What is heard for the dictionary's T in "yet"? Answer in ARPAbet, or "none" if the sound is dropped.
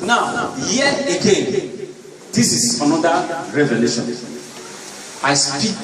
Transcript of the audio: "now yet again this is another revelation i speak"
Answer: none